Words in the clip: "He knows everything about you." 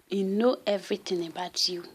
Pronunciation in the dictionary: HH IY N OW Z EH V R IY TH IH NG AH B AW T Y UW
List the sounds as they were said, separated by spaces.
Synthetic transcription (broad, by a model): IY N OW EH V R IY T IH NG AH B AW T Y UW